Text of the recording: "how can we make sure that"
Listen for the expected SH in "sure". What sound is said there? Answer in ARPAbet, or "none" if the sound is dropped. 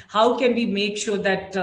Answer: SH